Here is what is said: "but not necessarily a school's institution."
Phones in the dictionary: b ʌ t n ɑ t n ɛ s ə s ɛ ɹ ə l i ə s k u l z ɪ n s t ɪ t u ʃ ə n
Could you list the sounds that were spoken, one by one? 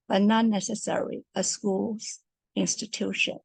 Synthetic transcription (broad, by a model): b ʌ t n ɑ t n ɛ s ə s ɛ ɹ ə l i ə s k u l z ɪ n s t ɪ t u ʃ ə n